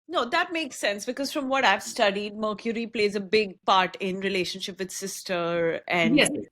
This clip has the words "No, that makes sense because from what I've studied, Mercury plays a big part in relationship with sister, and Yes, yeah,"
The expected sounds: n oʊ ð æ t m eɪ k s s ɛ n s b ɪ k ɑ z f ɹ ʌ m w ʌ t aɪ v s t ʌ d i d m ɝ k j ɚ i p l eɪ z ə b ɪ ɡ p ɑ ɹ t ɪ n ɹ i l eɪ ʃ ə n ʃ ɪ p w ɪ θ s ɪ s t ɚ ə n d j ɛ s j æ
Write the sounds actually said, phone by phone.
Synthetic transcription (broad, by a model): n oʊ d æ t m eɪ k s s ɛ n s b ɪ k ɑ z f ɹ ʌ m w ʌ t aɪ v s t ʌ d i d m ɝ k j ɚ i p l eɪ z ə b ɪ ɡ p ɑ ɹ t ɪ n ɹ i l eɪ ʃ ə n ʃ ɪ p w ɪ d s ɪ s t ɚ ə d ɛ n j